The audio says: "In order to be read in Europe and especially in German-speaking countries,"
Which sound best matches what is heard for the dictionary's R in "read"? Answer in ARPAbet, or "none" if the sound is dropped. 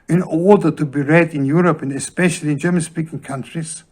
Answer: R